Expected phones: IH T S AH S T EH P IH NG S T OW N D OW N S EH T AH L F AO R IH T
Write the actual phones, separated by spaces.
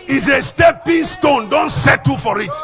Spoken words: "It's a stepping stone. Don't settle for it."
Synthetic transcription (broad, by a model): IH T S AH S T EH P IH NG S T OW N D OW N S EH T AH F AO R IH T